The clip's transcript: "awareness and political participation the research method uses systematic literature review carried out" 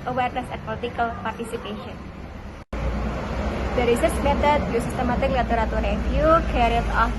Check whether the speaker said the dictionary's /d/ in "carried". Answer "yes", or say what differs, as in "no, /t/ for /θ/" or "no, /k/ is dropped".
no, /d/ is dropped